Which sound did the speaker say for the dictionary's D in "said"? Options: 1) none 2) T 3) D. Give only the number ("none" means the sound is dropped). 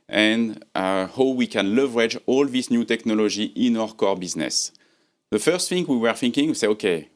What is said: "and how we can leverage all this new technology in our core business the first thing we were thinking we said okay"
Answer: 1